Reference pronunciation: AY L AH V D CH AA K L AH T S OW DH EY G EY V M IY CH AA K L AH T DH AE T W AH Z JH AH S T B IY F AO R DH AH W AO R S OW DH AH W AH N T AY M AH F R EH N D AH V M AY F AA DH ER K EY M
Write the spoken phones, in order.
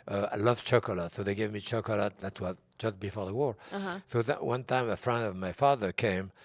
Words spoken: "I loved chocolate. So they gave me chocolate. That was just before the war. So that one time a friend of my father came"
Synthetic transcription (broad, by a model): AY L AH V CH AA K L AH T S OW DH EY G EY V M IY CH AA K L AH T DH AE T W AH Z JH AH S T B IY F AO R DH AH W AO R S OW DH AH W AH N T AY M AH F R EH N D AH V M AY F AA DH ER K EY M